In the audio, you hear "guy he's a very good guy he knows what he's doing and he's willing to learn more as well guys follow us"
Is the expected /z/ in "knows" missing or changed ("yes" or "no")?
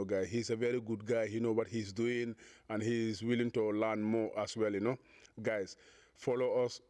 yes